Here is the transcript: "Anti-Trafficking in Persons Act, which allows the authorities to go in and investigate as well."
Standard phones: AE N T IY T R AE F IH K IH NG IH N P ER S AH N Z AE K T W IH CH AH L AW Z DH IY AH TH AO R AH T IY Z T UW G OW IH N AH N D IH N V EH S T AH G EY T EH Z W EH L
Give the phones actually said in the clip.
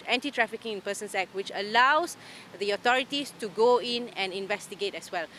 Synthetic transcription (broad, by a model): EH N T IY T R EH F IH K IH NG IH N P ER S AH N S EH K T W IH CH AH L AW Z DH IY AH T AO R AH T IY S T UW G OW IH N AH N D IH N V EH S T AH G EY T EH S W EH L